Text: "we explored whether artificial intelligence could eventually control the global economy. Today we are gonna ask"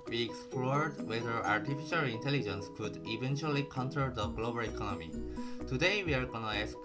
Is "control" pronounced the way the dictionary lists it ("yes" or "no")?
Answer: no